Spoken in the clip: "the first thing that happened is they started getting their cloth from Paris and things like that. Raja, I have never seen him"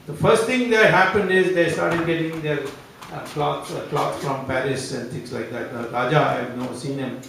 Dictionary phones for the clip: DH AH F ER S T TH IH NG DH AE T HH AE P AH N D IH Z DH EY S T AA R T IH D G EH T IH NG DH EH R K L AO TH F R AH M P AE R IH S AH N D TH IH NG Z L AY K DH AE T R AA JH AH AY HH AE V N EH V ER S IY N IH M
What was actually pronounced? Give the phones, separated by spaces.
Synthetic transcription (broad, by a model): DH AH F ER S T T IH NG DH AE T HH AE P AH N D IH Z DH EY S T AA R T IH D G EH T IH NG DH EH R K L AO S F R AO M P AE R IH S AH N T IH NG S L AY K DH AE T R AA JH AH AY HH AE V N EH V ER S IY N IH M